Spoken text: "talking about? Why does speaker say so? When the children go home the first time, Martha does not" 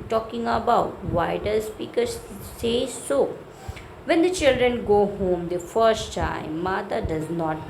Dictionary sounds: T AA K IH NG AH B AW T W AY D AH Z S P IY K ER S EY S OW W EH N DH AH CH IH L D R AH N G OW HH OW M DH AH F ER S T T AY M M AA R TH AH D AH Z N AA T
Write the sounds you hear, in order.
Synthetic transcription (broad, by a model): T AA K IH NG AH B AW T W AY D AH Z S P IY K ER S EY S OW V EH N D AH CH IH L D R AH N G OW HH OW M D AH F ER S T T AY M M AA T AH D AH Z N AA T